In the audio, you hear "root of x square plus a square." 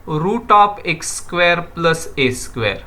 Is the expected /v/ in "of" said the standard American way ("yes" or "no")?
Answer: no